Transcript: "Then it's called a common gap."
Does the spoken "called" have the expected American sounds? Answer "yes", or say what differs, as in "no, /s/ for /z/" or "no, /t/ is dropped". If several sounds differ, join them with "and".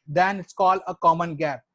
no, /d/ is dropped